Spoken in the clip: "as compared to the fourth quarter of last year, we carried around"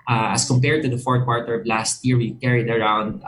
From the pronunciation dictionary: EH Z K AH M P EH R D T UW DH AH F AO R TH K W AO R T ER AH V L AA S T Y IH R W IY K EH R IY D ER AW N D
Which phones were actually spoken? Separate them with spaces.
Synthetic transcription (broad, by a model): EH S K AH M P EH R D T UW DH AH F AO R T K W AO R T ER AH V L AA S T Y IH R W IY K EH R IY D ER AW N D